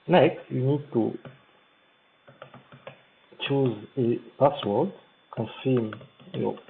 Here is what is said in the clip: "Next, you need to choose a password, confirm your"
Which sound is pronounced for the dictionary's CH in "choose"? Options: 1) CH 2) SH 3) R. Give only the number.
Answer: 1